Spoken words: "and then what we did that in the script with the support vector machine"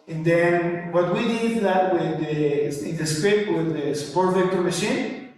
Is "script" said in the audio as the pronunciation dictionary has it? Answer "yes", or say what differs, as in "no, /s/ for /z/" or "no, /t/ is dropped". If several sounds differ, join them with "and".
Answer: no, /p/ is dropped